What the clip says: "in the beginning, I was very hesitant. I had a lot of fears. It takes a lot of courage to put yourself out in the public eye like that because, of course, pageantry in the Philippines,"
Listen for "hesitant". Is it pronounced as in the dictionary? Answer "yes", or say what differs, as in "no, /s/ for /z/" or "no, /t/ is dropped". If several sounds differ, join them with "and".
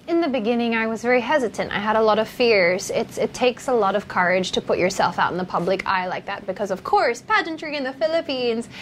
yes